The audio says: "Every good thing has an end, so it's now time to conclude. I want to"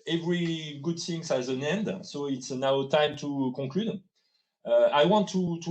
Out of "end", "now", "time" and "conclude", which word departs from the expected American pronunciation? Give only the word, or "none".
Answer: conclude